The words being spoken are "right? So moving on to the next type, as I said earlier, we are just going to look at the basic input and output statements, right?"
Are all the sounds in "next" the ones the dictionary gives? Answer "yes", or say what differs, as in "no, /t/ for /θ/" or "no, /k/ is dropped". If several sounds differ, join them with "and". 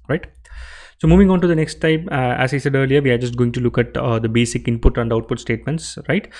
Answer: yes